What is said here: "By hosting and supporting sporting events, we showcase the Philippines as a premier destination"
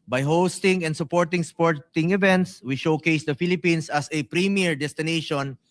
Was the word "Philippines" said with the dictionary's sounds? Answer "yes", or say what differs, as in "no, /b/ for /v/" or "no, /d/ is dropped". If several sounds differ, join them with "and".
no, /s/ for /z/